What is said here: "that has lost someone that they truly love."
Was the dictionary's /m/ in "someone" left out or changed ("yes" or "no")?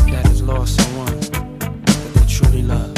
yes